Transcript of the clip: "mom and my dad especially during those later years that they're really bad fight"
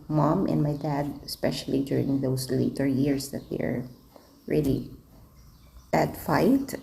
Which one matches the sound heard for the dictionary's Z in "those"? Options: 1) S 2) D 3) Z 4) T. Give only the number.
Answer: 1